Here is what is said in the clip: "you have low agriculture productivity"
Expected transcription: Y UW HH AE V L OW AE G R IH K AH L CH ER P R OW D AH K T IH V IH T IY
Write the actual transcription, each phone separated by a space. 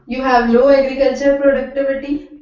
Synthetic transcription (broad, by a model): Y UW HH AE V N OW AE G R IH K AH L CH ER P R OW D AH K T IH V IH T IY